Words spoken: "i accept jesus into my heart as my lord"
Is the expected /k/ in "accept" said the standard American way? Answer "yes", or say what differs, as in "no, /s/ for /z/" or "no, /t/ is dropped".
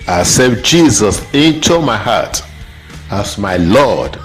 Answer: no, /k/ is dropped